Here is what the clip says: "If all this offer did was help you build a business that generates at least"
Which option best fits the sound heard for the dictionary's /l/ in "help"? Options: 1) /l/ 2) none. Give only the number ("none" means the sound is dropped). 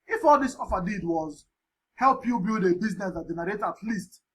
1